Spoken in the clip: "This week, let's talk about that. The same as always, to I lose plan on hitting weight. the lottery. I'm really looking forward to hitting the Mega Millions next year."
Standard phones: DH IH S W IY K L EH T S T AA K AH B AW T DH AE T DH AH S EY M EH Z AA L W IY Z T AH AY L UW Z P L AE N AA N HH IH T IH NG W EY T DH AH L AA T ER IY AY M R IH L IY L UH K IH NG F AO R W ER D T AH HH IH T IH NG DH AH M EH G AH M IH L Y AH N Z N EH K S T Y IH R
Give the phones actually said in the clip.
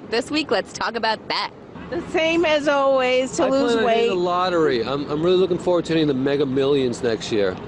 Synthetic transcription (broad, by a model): DH IH S W IY K L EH T S T AA K AH B AW T DH AE T DH AH S EY M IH Z AA L W IY Z T AH L UW Z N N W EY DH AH L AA T ER IY AY M R IH L IY L UH K IH NG F AO R W ER D T AH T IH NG DH AH M EH G AH M IH L Y AH N Z N EH K S T Y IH R